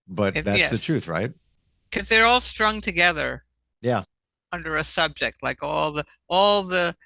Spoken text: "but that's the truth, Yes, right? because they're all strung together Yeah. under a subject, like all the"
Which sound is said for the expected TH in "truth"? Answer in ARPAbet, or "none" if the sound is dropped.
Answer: TH